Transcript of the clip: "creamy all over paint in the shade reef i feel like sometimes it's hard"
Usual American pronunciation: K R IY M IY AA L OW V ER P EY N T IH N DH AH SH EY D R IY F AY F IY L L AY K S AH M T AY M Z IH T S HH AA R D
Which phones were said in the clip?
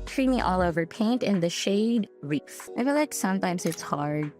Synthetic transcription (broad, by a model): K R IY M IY AA L OW V ER P EY N T IH N DH AH SH EY D R IY F AY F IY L L AY K S AH M T AY M Z IH T S HH AA R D